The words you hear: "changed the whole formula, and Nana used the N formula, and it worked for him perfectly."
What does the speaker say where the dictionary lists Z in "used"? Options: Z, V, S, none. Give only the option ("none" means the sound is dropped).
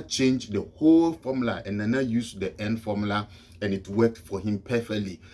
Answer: S